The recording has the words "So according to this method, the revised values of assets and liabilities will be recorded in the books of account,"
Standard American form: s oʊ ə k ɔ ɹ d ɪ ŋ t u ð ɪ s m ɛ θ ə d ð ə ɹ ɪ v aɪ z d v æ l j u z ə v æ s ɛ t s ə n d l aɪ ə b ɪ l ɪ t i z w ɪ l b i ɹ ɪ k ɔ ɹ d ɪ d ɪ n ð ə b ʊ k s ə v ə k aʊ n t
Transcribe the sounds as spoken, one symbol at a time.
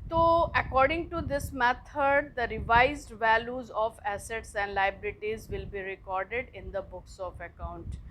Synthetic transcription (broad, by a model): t oʊ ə k ɔ ɹ d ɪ ŋ t u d ɪ s m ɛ t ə d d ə ɹ ɪ v aɪ z d v æ l j u z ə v æ s ɛ t s ə n d l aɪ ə b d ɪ t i z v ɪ l b i ɹ ɪ k ɔ ɹ d ɪ d ɪ n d ə b ʊ k s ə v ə k aʊ n t